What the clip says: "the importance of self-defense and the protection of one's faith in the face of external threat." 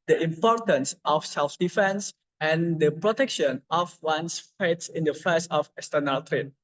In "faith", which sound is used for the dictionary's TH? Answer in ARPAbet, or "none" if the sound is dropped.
S